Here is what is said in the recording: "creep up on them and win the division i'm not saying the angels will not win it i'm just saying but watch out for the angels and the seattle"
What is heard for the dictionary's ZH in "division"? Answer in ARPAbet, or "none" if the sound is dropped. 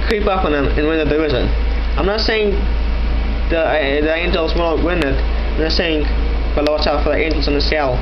Z